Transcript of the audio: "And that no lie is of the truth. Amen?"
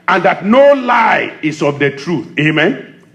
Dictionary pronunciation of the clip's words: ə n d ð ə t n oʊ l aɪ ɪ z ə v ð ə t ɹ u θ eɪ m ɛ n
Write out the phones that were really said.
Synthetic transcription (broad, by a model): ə n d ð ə t n oʊ l aɪ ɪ s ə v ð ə t ɹ u θ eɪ m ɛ n